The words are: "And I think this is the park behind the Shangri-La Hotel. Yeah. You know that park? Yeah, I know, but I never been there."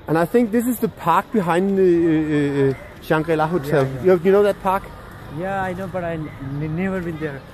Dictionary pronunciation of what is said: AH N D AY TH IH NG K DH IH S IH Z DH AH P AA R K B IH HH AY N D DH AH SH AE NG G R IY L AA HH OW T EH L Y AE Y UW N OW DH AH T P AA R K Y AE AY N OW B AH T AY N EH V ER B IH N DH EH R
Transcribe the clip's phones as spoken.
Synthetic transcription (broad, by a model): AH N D AY TH IH NG K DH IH S IH Z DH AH P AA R K B IH HH AY N D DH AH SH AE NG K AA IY L AA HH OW S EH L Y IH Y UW N OW DH AH T P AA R K Y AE AY N OW B AH T AY N EH V ER B IH N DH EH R